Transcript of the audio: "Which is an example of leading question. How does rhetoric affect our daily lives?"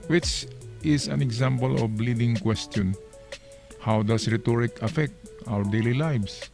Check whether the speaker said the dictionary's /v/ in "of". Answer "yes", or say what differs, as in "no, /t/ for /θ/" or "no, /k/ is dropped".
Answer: no, /b/ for /v/